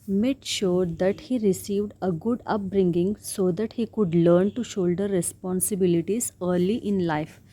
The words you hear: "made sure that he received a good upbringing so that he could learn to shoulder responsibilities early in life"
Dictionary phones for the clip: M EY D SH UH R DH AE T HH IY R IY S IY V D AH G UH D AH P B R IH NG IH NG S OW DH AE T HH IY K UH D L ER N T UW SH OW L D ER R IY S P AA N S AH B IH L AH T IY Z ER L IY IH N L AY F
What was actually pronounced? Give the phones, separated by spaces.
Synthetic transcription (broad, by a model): M EY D SH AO R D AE T HH IY R IY S IY V D AH G UH D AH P B R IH NG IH NG S OW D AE T HH IY K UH D L ER N T UW SH OW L D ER R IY S P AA N S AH B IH L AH T IY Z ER L IY IH N L AY F